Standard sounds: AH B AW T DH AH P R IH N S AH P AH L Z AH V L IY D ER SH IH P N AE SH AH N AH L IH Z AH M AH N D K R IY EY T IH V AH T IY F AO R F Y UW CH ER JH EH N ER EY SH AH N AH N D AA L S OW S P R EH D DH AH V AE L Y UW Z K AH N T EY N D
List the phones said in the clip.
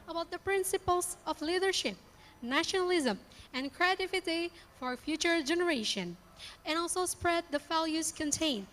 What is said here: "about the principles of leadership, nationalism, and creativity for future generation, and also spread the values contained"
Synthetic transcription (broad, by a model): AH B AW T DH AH P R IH N S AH P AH L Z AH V L IY D ER SH IH P N AE SH AH N AH L IH Z AH M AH N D K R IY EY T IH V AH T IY F AO R F Y UW CH ER JH EH N ER EY SH AH N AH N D AA L S OW S P R EH D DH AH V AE L Y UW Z K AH N T EY N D